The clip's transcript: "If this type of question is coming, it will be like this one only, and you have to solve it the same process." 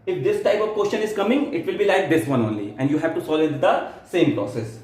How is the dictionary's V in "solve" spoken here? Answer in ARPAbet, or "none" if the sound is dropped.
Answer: none